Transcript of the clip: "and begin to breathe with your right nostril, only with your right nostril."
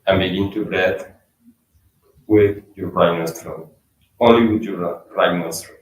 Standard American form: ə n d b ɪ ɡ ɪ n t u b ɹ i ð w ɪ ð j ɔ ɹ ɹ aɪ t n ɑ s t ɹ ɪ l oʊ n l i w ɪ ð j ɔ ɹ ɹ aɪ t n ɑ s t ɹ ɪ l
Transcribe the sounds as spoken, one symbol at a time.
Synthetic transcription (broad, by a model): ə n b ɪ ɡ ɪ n t u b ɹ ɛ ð w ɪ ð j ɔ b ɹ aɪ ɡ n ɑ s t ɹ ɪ n oʊ n l i w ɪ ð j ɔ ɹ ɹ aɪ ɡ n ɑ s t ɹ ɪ